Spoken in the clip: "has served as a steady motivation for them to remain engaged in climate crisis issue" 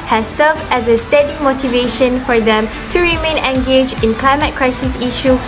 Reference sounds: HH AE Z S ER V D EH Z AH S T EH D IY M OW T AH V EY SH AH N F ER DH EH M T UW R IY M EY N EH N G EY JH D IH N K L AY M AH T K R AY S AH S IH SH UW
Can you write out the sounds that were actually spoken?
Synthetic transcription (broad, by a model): HH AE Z S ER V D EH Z AH S T EH D IY M OW T AH V EY SH AH N F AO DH EH M T UW R IY M EY N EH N G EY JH IH N K L AY M AH T K R AY S AH S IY SH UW